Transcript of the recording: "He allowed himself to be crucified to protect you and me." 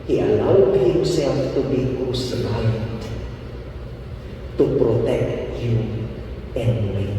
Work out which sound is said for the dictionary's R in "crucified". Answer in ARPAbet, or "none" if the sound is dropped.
none